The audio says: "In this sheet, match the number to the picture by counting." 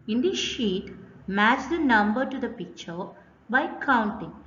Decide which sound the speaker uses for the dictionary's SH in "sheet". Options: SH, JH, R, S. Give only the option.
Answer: SH